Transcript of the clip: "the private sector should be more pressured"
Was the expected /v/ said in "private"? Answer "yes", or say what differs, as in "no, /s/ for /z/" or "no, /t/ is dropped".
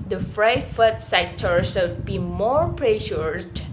no, /f/ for /v/